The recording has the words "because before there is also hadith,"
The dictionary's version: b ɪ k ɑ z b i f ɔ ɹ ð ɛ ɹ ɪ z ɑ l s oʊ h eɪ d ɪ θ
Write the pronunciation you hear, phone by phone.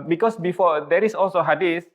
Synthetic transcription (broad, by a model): b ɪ k ɑ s b i f ɔ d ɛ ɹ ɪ s ɑ l s oʊ h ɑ d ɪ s